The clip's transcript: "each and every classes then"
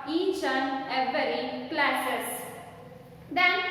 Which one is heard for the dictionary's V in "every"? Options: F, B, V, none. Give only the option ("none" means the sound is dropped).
none